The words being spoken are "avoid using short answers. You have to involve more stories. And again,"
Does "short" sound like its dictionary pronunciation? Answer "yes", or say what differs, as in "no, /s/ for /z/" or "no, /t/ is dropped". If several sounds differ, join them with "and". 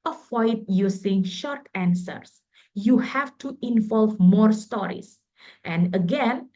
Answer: yes